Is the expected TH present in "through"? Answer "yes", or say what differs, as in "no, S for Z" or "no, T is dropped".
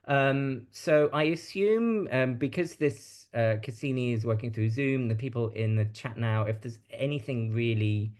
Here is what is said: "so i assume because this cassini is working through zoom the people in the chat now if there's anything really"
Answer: yes